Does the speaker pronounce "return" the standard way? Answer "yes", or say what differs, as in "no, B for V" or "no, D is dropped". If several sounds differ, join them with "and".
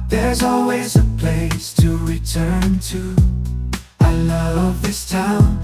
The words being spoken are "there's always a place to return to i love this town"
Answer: yes